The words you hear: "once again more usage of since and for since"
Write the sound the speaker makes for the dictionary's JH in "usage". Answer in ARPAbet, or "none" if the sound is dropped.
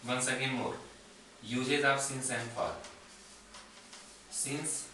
Z